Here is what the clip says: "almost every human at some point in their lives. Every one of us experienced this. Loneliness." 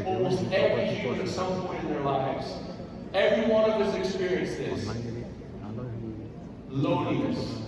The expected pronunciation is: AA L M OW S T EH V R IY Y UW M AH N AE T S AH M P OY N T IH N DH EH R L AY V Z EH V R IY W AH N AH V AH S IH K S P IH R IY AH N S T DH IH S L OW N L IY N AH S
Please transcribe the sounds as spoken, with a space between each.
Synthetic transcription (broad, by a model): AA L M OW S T EH V R IY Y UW AH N S AH M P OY IH N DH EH R L AY V Z EH V R IY W AH N AH V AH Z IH K S P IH R IY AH N S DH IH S L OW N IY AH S